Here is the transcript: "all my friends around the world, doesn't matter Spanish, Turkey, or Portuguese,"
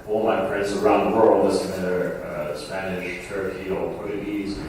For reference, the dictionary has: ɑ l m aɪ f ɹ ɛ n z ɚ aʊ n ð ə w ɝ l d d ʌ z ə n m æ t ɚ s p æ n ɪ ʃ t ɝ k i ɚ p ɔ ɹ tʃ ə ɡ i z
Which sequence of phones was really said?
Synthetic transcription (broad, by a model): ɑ l m aɪ p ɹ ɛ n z ɚ aʊ n ð ə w ɝ l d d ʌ s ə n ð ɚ s p æ n ɪ ʃ t ɝ k i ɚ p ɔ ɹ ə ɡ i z